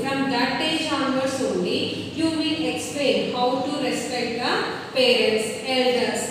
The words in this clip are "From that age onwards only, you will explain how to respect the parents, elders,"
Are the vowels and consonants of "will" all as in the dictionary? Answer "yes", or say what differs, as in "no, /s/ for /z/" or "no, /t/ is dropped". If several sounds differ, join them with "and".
no, /n/ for /l/